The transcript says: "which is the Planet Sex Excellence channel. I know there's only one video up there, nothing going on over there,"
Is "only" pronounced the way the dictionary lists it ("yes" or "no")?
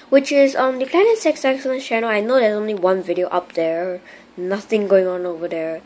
yes